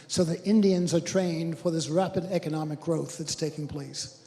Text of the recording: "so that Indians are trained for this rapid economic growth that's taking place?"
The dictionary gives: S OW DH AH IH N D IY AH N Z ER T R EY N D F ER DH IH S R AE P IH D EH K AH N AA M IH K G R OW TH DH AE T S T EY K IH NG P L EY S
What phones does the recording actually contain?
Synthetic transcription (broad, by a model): S OW DH AH IH N D IY AH N Z ER T R EY N D F ER DH IH S R AE P IH D EH K AH N AA M IH K G R OW TH DH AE T S T EY K IH NG P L EY S